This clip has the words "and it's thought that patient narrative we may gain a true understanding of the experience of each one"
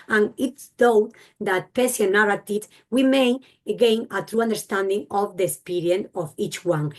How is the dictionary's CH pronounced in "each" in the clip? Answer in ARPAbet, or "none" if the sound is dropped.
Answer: CH